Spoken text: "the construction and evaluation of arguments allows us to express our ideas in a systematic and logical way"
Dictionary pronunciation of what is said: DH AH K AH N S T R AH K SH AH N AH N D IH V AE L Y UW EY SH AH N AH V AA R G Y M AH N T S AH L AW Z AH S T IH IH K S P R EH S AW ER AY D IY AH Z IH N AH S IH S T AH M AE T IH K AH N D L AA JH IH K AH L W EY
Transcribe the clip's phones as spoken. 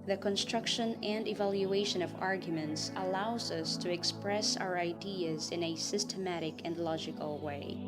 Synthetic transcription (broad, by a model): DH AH K AH N S T R AH K SH AH N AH N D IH V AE L Y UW EY SH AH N AH V AA R G Y M AH N T S AH L AW Z AH S T IH IH K S P R EH S AW ER AY D IY AH Z IH N AH S IH S T AH M AE T IH K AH N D L AA JH IH K AH L W EY